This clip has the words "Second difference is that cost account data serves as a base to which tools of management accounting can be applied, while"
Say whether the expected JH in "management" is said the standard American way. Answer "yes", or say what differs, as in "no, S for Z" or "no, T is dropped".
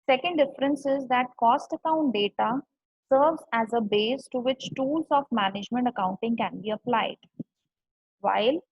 yes